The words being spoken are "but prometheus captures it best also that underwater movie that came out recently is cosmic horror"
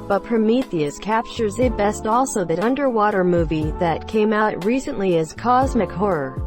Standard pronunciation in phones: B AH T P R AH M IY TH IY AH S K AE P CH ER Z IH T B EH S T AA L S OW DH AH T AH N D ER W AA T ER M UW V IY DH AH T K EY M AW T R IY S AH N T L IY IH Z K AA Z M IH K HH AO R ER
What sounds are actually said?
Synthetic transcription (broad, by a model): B AH T P R AH M IY TH IY AH S K AE P CH ER Z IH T B EH S T AA L S OW DH AH T AH N D ER W AA T ER M UW V IY DH AH T K EY M AW T R IY S AH N T L IY IH Z K AA Z M IH K HH AO R ER